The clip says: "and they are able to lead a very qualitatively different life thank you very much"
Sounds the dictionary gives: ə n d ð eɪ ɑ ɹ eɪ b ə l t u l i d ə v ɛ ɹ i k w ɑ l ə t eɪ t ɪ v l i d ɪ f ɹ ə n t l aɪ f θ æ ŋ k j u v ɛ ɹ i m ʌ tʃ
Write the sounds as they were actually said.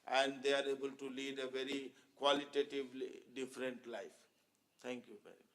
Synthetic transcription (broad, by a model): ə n d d eɪ ɑ ɹ eɪ b ə l t u l i d ə v ɛ ɹ i k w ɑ l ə t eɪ t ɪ v l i d ɪ f ɹ ə n t l aɪ f t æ ŋ k j u v ɛ ɹ i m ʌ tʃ